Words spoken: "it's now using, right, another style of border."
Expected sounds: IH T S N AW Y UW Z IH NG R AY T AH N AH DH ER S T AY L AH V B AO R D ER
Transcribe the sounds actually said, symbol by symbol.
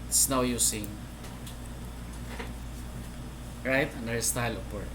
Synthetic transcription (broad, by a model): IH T S N AW Y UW S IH NG R AY T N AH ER S T AY L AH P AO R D